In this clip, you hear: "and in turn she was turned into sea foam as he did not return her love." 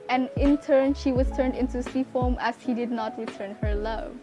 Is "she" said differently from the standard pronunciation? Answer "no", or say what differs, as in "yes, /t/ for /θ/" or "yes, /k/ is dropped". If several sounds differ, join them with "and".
no